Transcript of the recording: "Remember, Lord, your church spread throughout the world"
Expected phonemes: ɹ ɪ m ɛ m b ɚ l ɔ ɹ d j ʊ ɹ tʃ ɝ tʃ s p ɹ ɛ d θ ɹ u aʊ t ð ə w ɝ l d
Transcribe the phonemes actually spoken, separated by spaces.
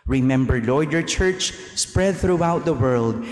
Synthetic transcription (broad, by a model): ɹ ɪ m ɛ m b ɚ l ɔ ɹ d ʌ ɹ tʃ ɝ tʃ s p ɹ ɛ d θ ɹ u aʊ t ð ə w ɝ l d